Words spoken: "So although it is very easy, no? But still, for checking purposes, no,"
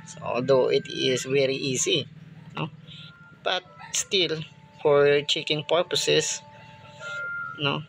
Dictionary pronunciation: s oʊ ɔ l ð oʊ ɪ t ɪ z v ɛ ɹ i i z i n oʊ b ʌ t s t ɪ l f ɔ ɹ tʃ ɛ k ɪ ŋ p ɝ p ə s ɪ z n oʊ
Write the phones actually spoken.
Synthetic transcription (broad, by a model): s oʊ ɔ l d oʊ ɪ t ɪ s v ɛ ɹ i i s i n oʊ b ʌ t s t ɪ l f ɔ ɹ tʃ ɛ k ɪ ŋ p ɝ p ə s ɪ s n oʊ